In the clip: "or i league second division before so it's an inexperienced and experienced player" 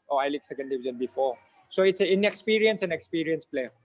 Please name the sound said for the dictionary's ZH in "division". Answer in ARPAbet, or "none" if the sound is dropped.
Z